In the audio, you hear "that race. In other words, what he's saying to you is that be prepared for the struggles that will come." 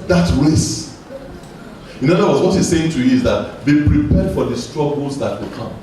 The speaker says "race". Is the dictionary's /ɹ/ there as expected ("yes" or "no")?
no